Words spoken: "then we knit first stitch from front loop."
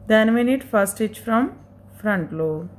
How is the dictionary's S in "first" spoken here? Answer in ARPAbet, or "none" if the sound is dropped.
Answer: none